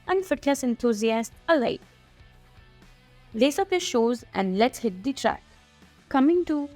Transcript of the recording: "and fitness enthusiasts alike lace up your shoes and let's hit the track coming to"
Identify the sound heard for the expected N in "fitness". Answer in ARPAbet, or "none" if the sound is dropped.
L